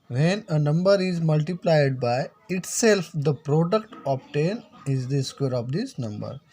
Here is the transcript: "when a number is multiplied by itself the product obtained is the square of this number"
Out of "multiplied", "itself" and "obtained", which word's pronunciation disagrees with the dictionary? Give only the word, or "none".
obtained